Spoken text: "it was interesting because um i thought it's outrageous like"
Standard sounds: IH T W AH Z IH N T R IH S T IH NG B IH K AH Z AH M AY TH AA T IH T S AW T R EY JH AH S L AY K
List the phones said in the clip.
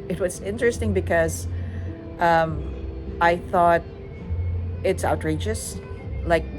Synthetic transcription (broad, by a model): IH T W AH Z IH N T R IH S T IH NG B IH K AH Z AH M AY TH AA T IH T S AW T R EY JH AH S L AY K